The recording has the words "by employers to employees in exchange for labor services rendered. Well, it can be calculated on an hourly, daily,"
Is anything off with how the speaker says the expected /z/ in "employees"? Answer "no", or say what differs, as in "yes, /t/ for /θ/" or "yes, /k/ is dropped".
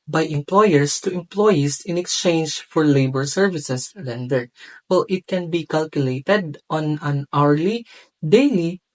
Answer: yes, /s/ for /z/